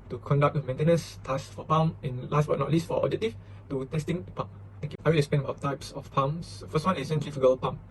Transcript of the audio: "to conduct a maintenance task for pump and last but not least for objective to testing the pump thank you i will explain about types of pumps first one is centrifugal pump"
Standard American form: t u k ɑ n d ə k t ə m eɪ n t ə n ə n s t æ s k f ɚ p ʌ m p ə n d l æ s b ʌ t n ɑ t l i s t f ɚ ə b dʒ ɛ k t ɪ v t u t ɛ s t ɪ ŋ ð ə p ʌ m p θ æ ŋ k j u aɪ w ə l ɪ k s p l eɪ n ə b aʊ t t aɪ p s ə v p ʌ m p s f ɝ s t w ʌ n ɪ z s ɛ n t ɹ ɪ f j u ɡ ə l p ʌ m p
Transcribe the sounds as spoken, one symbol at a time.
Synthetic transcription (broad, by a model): t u k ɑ n d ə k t ə m eɪ n t ə n ə n s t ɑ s f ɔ p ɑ m ə n l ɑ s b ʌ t n ɑ t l i s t f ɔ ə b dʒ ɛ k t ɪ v t u t ɛ s t ɪ ŋ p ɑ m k aɪ w ə l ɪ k s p eɪ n ə b aʊ t t aɪ p s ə f p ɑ m s f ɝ s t w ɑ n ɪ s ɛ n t ɹ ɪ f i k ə l p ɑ m